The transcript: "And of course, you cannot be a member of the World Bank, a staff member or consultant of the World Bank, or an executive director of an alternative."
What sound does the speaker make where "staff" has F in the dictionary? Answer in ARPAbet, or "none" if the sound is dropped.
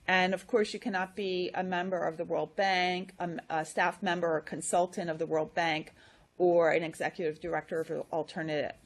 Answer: F